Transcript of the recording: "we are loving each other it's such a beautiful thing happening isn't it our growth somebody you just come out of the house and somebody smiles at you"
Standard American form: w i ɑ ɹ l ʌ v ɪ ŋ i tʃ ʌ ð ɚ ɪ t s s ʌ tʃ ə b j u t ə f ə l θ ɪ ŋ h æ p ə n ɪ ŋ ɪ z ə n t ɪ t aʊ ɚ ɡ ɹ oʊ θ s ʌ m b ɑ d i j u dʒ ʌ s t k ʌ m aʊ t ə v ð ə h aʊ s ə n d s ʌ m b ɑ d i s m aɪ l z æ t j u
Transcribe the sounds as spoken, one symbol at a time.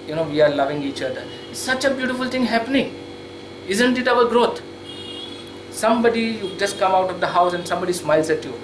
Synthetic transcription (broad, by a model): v i ɑ ɹ l ʌ v ɪ ŋ i tʃ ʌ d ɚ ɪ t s s ʌ tʃ ə b j u t ə f ə l t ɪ ŋ h æ p ə n ɪ ŋ ɪ z ə n t ɪ t aʊ ɚ ɡ ɹ oʊ t s ʌ m b ɑ d i j u dʒ ʌ s t k ʌ m aʊ t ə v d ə h aʊ s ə n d s ʌ m b ɑ d i s m aɪ l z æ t j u